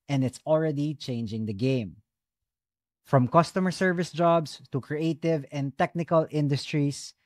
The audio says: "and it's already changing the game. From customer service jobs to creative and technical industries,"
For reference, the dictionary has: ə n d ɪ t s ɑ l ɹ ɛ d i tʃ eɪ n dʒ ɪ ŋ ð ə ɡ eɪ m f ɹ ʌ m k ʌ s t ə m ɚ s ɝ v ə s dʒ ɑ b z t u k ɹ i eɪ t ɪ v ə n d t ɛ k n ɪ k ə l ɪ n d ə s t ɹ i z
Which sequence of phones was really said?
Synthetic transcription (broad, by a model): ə n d ɪ t s ɑ l ɹ ɛ d i tʃ eɪ n dʒ ɪ ŋ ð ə ɡ eɪ m f ɹ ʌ m k ʌ s t ə m ɚ s ɝ v ə s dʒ ɑ b s t u k ɹ i eɪ t ɪ v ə n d t ɛ k n ɪ k ə l ɪ n d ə s t ɹ i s